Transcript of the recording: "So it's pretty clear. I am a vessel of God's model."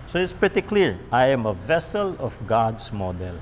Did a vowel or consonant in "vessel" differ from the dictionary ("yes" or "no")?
no